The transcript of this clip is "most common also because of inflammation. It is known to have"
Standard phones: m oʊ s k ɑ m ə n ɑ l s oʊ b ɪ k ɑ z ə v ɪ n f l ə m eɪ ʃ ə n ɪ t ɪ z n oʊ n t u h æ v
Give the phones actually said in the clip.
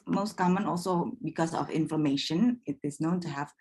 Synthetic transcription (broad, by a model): m oʊ s k ɑ m ə n ɑ l s oʊ b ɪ k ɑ s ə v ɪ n f ə m eɪ ʃ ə n ɪ t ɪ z n oʊ n t u h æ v